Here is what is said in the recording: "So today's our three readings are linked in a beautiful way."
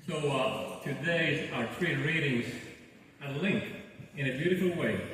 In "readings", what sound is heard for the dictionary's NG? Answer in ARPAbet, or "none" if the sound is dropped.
NG